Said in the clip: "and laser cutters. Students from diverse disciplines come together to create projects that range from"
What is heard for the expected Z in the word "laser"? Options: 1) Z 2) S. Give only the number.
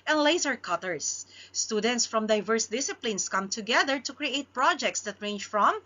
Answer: 2